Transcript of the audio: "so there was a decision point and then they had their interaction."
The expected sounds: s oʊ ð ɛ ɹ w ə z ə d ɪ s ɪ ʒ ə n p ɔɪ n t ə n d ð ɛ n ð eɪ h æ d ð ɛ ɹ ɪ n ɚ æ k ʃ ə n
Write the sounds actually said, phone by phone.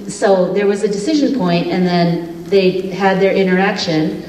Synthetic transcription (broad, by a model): s oʊ ð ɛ ɹ w ə z ə d ɪ s ɪ ʒ ə n p ɔɪ n t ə n ð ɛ n ð eɪ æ d ð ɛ ɹ ɪ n ɚ æ k ʃ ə n